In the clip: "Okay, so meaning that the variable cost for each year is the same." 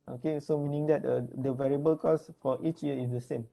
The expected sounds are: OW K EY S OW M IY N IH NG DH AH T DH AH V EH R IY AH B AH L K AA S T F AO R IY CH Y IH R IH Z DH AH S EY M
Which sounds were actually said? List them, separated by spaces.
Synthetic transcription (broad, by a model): OW K EY S OW M IY N IH NG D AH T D AH V EH R IY AH B AH L K AA S F AO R IY CH Y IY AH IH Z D AH S EY M